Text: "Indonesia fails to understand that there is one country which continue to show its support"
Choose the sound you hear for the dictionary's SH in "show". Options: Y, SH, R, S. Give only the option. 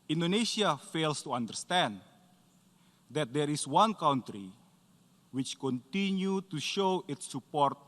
SH